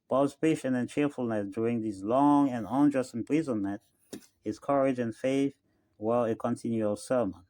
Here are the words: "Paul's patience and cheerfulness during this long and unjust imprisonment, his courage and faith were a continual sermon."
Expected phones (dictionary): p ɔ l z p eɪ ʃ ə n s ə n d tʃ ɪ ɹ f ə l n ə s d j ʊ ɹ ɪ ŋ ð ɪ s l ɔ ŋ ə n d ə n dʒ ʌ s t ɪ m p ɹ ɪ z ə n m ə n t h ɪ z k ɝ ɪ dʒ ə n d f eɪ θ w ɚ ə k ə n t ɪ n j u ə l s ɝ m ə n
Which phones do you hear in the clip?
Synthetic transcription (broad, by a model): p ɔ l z p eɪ ʃ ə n ə n tʃ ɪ ɹ f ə l n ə s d j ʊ ɹ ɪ ŋ ð ɪ s l ɔ ŋ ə n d ə n dʒ ʌ s t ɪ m p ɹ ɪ z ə n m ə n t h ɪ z k ɝ ɪ dʒ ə n f eɪ θ w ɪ ə k ə n t ɪ n j u ə l s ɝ m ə n